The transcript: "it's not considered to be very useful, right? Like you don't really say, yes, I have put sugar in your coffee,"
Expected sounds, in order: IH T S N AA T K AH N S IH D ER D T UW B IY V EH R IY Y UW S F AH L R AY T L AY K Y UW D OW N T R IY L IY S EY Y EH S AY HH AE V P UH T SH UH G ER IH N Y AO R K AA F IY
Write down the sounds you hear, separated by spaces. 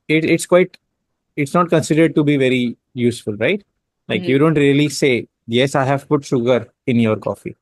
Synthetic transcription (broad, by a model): IH T S N AA T K AH N S IH D ER D T UW B IY V EH R IY Y UW S F AH L R AY T L AY K Y UW D OW N T R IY L IY S EY Y EH S AY HH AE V P UH T SH UH G ER IH N Y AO R K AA F IY